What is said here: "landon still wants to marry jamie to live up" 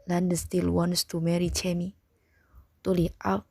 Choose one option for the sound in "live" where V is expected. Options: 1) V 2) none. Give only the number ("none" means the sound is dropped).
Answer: 2